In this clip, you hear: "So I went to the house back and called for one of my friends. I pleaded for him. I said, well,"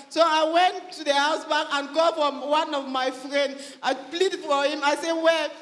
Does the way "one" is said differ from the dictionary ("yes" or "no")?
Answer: no